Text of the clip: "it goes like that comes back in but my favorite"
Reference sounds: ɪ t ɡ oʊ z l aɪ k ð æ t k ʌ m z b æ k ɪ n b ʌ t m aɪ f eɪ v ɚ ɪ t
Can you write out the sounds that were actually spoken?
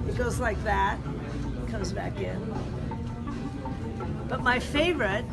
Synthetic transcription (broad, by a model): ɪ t ɡ oʊ z l aɪ k ð æ t k ʌ m z b æ k ɪ n b ʌ t m aɪ f eɪ v ɚ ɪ t